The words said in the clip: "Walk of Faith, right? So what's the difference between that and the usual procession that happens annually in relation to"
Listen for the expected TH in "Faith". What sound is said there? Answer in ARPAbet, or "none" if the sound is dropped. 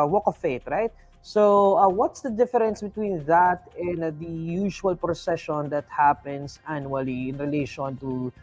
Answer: T